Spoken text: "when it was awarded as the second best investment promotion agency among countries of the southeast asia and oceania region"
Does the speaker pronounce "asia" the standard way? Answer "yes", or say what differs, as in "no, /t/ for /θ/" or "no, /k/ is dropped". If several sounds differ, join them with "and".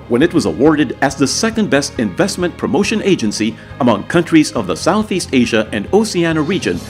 yes